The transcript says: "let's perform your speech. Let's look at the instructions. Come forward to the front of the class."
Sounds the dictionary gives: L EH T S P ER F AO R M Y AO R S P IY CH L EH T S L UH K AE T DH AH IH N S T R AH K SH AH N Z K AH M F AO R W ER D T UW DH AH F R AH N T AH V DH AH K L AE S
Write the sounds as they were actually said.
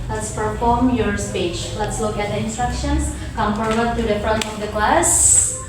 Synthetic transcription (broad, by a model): L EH T S P ER F AO R M Y AO R S P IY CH L EH T S L UH K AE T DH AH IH N S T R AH K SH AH N S K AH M P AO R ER T UW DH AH F R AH N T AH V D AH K L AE S